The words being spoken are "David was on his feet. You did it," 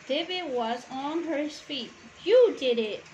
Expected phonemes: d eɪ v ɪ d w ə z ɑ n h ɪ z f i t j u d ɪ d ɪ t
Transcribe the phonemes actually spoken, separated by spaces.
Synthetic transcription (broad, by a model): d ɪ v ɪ w ə z ɑ n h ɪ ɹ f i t j u d ɪ d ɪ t